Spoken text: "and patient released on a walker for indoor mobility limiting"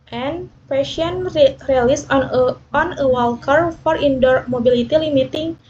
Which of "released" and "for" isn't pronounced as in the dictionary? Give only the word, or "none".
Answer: released